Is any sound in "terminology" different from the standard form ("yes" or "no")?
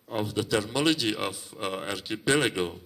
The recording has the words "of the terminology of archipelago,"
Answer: yes